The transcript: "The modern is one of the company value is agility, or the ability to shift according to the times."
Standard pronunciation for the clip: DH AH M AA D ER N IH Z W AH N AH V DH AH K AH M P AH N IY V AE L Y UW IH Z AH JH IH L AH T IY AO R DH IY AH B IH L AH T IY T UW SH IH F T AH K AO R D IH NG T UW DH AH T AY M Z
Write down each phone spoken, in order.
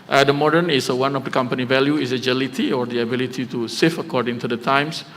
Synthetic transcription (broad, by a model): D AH M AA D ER N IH S W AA N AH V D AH K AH M P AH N IY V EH L Y UW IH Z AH JH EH L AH T IY AO R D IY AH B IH L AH T IY T UW S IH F AH K AO R D IH NG T UW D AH T AY M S